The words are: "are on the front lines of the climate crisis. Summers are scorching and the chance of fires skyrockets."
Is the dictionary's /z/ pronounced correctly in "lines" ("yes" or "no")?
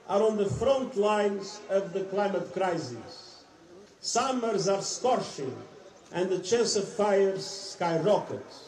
yes